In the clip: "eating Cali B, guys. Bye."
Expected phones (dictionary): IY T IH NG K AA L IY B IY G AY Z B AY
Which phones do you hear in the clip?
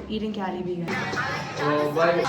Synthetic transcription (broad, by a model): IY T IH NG K AA L IY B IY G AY B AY